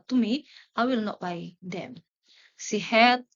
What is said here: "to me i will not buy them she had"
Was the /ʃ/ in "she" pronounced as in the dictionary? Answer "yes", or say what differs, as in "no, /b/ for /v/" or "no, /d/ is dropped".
no, /s/ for /ʃ/